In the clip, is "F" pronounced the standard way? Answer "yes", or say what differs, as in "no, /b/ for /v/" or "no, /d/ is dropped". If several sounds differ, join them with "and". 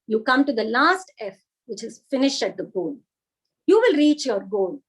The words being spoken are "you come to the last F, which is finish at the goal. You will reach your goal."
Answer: yes